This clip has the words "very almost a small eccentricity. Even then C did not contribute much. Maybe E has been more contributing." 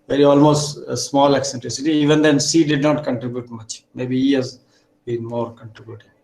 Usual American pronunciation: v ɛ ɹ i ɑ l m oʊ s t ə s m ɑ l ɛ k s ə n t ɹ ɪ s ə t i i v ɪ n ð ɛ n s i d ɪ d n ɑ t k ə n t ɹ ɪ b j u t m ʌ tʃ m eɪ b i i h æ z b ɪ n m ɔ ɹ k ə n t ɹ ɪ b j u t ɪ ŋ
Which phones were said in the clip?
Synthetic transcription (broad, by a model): v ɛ ɹ i ɑ l m oʊ s t ə s m ɑ l ɛ k s ə n t ɹ ɪ s ə t i i v ɪ n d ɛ n s i d ɪ d n ɑ t k ə n t ɹ ɪ b j u t m ʌ tʃ m eɪ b i i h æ z b ɪ n m ɔ ɹ k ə n t ɹ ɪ b j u t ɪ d